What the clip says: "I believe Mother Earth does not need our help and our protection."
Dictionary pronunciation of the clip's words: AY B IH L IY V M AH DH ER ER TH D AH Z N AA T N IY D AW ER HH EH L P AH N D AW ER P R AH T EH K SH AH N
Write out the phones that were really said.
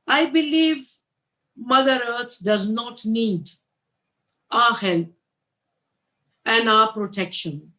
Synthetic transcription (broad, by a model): AY B IH L IY V M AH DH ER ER T D AH Z N AA T N IY D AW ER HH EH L AH N D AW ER P R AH T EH K SH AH N